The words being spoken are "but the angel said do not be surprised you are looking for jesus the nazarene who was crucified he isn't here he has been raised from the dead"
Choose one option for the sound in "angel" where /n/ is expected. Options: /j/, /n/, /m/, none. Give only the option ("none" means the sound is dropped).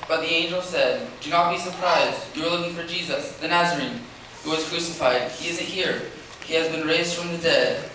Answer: /n/